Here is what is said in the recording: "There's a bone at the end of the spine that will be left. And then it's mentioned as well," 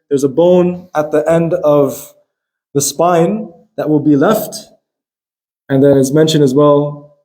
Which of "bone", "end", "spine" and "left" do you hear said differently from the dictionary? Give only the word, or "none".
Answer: none